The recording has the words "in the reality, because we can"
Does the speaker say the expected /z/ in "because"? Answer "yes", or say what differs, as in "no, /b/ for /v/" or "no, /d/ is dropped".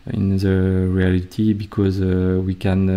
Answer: yes